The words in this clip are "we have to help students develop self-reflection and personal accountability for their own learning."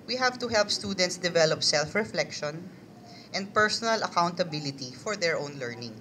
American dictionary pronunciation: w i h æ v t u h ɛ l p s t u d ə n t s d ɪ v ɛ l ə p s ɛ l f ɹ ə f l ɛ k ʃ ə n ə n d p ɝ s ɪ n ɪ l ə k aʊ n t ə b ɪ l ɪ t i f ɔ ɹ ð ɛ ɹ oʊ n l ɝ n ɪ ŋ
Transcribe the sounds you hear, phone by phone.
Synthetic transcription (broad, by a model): w i h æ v t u h ɛ l p s t u d ə n t s d ɪ v ɛ l ə p s ɛ l f ɹ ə f l ɛ k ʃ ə n ə n d p ɝ s ɪ n ɪ l ə k aʊ n t ə b ɪ l ɪ t i f ɔ ɹ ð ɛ ɹ oʊ n l ɝ n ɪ ŋ